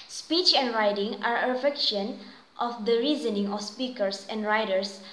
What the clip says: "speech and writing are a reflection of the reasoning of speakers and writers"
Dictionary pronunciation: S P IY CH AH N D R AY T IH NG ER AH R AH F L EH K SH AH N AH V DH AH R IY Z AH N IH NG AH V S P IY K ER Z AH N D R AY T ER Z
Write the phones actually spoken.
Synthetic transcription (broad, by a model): S P IY CH AH N D R AY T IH NG AH R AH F EH K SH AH N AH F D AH R IY Z AH N IH NG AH F S P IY K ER S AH N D R AY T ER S